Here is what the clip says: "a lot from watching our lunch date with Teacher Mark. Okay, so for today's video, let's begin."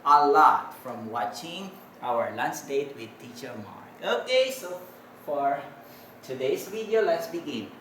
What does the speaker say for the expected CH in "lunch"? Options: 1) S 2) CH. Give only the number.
1